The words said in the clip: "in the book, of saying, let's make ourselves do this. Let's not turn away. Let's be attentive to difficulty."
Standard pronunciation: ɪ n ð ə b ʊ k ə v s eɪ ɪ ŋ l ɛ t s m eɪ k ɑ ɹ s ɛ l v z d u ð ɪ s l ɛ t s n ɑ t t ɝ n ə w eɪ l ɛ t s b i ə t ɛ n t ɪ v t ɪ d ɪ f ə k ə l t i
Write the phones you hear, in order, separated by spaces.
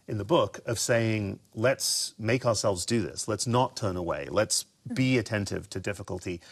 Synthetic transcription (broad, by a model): ɪ n ð ə b ʊ k ə v s eɪ ɪ ŋ l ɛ t s m eɪ k ɑ ɹ s ɛ l v z d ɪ ð ɪ s l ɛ t s n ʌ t t ɝ n ə w eɪ l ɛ t s b i ə t ɛ n t ɪ v t ɪ d ɪ f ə k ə l t i